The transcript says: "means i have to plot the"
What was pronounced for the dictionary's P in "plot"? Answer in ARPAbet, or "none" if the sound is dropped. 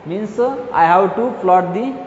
F